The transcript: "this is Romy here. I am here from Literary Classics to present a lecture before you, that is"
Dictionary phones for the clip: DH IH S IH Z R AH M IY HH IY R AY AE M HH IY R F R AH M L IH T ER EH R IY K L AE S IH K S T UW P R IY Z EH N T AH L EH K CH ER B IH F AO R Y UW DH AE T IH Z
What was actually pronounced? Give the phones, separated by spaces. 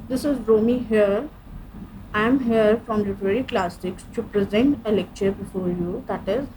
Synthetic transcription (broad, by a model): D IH S IH Z R AH M IY HH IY R AY M HH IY R F R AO M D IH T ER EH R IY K L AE S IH K S T UW P R IY Z EH N T AH L EH K CH ER B IH F AO R Y UW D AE T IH Z